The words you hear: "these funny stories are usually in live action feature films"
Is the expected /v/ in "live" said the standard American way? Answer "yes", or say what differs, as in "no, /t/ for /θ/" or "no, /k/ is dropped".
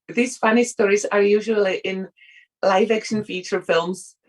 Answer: yes